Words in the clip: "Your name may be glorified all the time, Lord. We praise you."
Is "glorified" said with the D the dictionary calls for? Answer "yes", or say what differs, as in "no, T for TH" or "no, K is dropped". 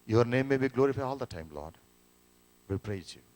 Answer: no, D is dropped